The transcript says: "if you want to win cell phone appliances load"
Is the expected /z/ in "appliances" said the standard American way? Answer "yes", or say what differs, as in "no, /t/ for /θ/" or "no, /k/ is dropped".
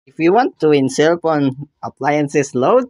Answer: no, /s/ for /z/